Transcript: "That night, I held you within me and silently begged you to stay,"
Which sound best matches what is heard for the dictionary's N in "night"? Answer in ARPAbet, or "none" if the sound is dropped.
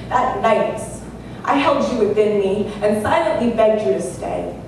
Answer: L